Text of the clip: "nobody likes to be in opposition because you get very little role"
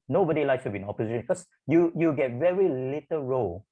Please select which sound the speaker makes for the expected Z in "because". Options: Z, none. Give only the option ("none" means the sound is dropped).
none